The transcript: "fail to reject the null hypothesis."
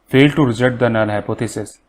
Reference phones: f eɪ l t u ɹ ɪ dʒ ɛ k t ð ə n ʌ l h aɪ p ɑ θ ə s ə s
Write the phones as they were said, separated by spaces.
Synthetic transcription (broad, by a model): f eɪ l t u ɹ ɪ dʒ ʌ t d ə n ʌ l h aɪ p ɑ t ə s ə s